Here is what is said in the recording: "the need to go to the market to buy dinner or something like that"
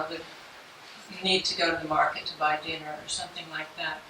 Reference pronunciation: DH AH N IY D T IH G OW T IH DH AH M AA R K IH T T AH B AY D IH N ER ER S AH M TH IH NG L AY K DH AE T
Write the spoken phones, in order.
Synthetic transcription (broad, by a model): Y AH N IY D T IH G OW T IH DH AH M AA R K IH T T AH B AY D IH N ER ER S AH M TH IH NG L AY K DH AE T